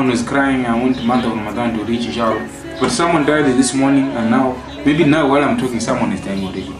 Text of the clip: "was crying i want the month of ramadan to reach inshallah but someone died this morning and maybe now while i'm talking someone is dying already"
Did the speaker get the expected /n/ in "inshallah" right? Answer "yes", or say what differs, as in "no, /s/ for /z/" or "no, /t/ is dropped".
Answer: no, /n/ is dropped